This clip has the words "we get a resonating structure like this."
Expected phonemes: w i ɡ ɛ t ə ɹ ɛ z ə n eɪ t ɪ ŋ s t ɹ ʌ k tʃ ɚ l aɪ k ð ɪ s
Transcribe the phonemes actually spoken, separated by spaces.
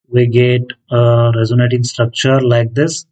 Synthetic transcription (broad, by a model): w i ɡ ɛ t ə ɹ ɛ z ə n eɪ t ɪ ŋ s t ɹ ʌ k tʃ ɚ l aɪ k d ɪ s